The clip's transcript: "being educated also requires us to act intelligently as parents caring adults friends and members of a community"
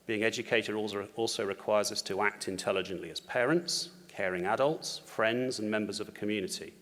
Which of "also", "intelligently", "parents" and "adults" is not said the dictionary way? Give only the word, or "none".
none